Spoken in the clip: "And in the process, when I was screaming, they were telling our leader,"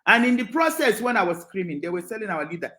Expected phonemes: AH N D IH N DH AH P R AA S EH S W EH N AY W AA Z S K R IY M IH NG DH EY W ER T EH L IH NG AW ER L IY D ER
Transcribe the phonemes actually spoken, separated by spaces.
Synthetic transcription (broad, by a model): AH N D IH N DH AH P R AA S EH S W EH N AY W AA Z S K R IY M IH NG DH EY W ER S EH L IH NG AW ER L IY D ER